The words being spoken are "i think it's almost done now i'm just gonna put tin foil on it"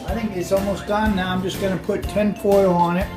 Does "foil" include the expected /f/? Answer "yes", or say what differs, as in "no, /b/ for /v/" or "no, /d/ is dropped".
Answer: no, /p/ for /f/